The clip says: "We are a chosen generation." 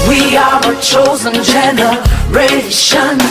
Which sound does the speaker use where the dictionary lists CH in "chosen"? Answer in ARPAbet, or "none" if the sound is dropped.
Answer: CH